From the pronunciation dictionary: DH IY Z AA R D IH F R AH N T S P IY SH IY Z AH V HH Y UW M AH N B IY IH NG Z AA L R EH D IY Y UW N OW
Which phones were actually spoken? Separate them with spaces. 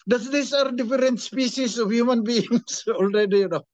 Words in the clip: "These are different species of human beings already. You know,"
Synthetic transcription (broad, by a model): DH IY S AA R D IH F R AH N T S P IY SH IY S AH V HH Y UW M AH N B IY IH NG S AA L R EH D IY Y UW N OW